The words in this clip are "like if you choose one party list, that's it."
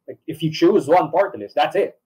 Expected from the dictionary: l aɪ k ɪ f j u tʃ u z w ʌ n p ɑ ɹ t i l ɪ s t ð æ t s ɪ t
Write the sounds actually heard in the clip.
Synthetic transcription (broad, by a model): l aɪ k ɪ f j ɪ tʃ u z w ʌ n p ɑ ɹ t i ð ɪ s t ð æ t s ɪ t